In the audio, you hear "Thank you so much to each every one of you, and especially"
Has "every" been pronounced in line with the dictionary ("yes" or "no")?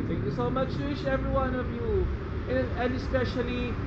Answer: yes